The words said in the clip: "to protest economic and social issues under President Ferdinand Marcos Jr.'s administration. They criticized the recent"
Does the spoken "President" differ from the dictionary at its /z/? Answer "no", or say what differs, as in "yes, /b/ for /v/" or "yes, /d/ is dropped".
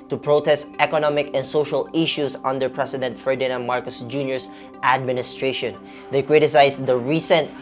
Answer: yes, /s/ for /z/